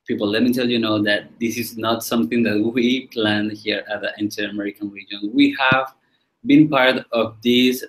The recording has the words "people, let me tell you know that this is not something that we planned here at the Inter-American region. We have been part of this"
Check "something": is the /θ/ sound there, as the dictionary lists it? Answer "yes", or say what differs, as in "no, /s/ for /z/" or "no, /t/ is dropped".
yes